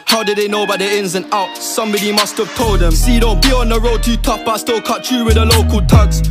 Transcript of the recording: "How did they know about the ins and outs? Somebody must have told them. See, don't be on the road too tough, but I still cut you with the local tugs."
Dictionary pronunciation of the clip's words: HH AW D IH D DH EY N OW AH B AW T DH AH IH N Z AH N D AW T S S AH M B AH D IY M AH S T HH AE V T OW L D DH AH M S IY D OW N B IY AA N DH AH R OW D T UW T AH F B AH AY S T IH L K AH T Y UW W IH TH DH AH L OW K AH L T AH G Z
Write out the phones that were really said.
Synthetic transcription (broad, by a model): HH AW D IH D DH EY N OW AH B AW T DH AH IH N Z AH N AW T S S AH M B AH D IY M AH S T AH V T OW L D DH AH M S IY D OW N B IY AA N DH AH R OW D T UW T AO P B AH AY S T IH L K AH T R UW W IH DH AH L OW K AH L T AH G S